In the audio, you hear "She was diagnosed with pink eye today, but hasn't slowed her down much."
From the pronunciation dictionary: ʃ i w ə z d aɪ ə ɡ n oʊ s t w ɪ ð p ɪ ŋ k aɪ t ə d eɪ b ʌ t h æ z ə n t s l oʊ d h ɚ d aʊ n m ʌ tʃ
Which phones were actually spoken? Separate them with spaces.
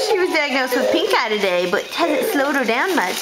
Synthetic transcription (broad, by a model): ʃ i w ə z d aɪ ə ɡ n oʊ s t w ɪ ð p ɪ ŋ k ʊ t ə d eɪ b ʌ t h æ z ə t s l oʊ d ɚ d aʊ n m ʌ tʃ